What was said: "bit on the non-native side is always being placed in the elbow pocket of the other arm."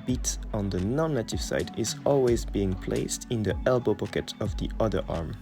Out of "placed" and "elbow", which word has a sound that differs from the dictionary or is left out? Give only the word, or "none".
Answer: none